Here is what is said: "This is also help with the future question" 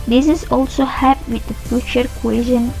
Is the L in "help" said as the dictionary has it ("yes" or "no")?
no